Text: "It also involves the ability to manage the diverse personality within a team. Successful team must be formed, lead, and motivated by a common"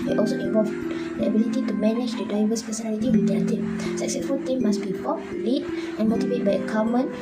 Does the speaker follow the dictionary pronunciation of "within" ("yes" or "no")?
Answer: no